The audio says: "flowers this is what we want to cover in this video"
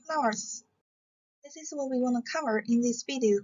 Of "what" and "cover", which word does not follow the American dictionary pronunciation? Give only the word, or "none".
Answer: none